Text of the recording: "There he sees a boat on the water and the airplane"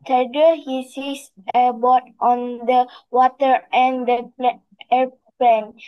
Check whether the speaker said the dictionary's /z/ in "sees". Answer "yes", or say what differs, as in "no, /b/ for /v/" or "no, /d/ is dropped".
no, /s/ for /z/